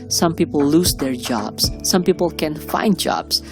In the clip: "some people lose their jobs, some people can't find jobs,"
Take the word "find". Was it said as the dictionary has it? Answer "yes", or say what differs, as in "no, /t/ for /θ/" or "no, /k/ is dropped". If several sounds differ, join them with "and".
yes